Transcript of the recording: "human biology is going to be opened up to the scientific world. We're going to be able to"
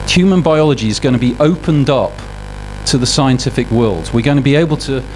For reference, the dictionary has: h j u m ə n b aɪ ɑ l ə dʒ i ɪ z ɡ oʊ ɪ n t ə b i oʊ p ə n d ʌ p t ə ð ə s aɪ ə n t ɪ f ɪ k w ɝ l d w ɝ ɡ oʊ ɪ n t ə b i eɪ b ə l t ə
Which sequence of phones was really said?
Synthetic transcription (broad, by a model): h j u m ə n b aɪ ɑ l ə dʒ i ɪ z ɡ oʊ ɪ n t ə b i oʊ p ə n d ʌ p t ə ð ə s aɪ ə n t ɪ f ɪ k w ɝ l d w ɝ ɡ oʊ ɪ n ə b i eɪ b ə l t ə